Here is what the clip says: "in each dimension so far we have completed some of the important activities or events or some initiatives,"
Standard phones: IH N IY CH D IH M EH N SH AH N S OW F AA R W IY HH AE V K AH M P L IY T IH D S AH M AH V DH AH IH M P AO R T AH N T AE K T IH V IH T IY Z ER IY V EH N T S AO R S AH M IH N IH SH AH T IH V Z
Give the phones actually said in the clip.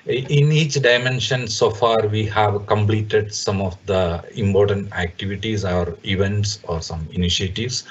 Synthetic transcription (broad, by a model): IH N IY CH D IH M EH N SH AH N S OW F AA R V IY HH AE V K AH M P L IY T IH D S AH M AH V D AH IH M P AO R T AH N T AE K T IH V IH T IY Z ER IY V EH N T S AO R S AH M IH N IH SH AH T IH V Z